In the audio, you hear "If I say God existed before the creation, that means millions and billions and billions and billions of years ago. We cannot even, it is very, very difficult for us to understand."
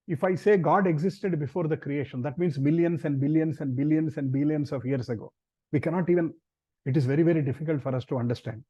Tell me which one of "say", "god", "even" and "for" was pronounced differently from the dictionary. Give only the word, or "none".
none